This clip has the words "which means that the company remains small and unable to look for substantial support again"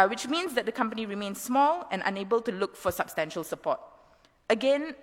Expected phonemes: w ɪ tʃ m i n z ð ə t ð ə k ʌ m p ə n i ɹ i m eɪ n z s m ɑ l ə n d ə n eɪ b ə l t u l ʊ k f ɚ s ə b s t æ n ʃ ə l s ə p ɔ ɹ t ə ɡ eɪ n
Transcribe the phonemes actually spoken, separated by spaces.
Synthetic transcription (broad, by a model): w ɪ tʃ m i n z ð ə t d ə k ʌ m p ə n i ɹ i m eɪ n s s m ɑ l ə n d ə n eɪ b ə l t u l ʊ k f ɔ s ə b s t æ n ʃ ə l s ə p ɔ t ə ɡ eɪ n